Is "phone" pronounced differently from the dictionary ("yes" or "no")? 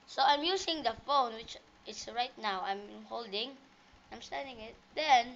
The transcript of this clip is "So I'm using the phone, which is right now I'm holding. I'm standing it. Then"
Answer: no